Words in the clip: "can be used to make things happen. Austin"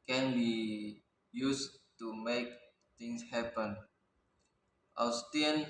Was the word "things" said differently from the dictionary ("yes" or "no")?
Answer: yes